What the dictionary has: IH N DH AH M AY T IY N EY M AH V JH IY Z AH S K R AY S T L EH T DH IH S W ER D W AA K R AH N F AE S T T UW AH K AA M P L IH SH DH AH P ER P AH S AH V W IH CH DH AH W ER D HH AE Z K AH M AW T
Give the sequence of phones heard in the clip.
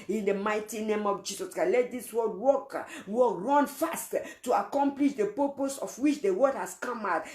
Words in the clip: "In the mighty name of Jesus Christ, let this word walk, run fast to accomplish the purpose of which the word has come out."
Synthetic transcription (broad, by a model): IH N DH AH M AY T IY N EY M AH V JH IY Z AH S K AY L EH T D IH S W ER D W AA K R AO N F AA S T T UW AH K AA M P L IH SH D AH P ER P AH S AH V W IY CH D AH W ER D HH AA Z K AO M AW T